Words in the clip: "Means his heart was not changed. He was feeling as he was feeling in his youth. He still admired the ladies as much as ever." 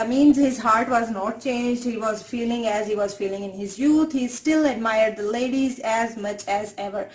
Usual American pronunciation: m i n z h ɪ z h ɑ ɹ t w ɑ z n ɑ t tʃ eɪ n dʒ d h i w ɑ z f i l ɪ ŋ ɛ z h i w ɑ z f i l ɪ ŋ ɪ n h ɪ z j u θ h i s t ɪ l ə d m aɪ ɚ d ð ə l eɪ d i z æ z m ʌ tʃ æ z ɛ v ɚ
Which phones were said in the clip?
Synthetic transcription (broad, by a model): m i n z h ɪ z h ɑ ɹ t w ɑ z n ɑ t tʃ eɪ n dʒ d h i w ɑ z f i l ɪ ŋ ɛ z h i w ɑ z f i l ɪ ŋ ɪ n h ɪ z j u t h i s t ɪ l ə d m aɪ ɚ d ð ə l eɪ d i z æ z m ʌ tʃ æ z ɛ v ɚ